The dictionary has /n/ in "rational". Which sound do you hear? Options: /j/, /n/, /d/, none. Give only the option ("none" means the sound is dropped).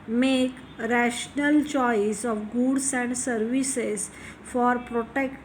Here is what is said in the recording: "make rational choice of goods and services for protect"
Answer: /n/